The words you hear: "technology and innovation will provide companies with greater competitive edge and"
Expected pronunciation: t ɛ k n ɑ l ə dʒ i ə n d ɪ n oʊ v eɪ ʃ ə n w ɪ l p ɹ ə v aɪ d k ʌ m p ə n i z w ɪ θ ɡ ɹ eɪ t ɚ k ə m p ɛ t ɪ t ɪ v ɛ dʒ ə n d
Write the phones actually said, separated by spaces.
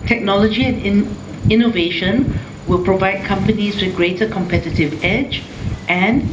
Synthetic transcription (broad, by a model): t ɛ k n ɑ l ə dʒ i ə n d ɪ n oʊ v eɪ ʃ ə n w ɪ l p ɹ ə v aɪ d k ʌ m p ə n i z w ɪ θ ɡ ɹ eɪ t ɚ k ə m p ɛ t ɪ t ɪ v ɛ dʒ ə n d